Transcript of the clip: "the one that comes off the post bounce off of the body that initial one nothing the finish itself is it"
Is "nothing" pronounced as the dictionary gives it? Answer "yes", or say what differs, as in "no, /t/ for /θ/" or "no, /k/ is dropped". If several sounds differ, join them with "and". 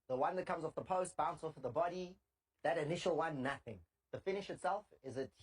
yes